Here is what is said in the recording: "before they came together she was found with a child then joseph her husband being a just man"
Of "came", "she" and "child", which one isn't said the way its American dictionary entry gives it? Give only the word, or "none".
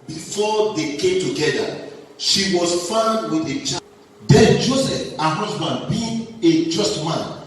child